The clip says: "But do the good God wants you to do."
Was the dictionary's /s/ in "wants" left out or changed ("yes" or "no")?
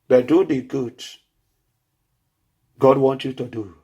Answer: yes